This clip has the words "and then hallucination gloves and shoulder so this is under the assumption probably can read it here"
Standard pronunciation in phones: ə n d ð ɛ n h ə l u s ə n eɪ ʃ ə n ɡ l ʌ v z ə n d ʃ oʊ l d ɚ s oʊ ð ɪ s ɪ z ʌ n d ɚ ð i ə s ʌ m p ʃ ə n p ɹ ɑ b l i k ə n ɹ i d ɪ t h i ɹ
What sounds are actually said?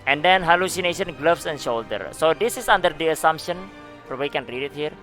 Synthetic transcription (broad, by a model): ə n d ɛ n h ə l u s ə n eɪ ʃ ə n ɡ l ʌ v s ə n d ʃ oʊ l d ɚ s oʊ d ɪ s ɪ s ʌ n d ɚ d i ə s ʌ m p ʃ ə n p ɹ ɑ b w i k ə n ɹ i d ɪ t h i ɹ